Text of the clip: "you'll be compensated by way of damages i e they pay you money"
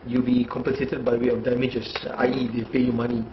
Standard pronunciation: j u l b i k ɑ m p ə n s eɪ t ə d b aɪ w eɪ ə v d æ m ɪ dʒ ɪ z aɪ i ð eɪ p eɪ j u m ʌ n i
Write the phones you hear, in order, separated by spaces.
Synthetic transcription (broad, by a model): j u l b i k ɑ m p ə n s eɪ t ə d b aɪ w eɪ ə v d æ m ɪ dʒ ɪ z aɪ i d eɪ p eɪ j u m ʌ n i